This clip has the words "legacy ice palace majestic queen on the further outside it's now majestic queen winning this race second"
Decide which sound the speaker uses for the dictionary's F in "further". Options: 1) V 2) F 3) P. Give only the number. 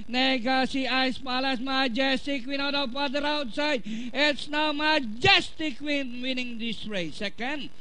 3